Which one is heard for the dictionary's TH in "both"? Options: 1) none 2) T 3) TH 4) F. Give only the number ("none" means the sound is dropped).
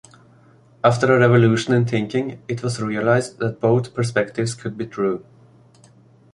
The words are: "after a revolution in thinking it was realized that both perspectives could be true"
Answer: 3